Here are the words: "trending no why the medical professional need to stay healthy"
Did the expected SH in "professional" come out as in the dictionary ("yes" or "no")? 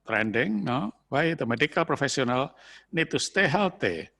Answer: no